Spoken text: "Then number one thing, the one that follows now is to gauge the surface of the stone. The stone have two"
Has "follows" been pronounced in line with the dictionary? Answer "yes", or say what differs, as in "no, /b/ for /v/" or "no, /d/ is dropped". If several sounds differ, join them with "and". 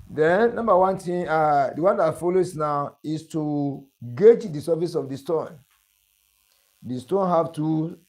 no, /s/ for /z/